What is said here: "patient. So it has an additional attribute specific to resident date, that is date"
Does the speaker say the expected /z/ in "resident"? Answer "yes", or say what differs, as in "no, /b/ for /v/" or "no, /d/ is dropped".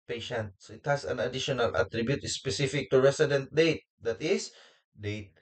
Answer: no, /s/ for /z/